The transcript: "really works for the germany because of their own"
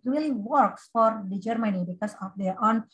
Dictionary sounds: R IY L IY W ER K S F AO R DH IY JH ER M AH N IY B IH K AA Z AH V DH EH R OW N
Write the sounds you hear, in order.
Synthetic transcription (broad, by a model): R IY L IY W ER K S F AO R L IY JH ER M AH N IY B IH K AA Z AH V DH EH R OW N